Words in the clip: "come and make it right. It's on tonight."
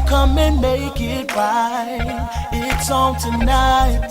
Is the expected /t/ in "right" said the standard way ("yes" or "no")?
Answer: no